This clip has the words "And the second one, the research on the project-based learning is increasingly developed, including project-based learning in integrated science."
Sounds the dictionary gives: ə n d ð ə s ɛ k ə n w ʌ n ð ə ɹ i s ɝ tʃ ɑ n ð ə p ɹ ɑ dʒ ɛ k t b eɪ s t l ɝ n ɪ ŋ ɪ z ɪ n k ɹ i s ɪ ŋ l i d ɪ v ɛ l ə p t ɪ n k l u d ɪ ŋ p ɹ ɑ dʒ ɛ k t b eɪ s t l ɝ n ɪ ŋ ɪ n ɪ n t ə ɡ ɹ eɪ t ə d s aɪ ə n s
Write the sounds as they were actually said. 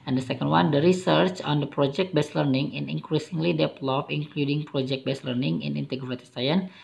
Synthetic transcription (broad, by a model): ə n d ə s ɛ k ə n w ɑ n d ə ɹ i s ɝ tʃ ɑ n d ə p ɹ ɑ dʒ ɛ k t b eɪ s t l ɝ n ɪ ŋ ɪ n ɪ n k ɹ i s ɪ ŋ l i d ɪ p l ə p ɪ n k l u d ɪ ŋ p ɹ ɑ dʒ ɛ k t b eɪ s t l ɝ n ɪ ŋ ɪ n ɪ n t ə ɡ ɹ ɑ t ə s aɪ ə n